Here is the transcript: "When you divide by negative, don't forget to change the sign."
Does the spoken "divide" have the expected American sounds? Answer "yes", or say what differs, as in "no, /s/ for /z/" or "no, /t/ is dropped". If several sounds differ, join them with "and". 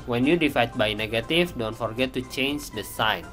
no, /f/ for /v/